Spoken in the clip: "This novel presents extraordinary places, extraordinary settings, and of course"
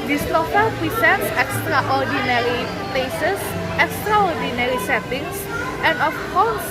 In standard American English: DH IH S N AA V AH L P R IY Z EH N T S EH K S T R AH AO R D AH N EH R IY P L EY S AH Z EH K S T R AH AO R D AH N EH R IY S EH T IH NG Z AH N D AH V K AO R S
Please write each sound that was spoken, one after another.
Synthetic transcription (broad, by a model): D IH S L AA F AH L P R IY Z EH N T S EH K S T R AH AO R D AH N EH R IY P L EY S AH S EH K S T R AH AO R D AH N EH R IY S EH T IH NG S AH N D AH F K AO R S